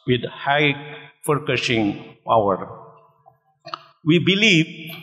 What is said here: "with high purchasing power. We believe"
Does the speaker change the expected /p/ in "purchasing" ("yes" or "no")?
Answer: yes